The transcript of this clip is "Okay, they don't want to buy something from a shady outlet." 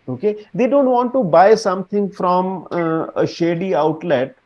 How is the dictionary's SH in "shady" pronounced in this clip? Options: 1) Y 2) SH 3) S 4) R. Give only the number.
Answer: 2